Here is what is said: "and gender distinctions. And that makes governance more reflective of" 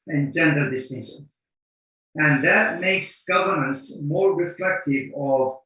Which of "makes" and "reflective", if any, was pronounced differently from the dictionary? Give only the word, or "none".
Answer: none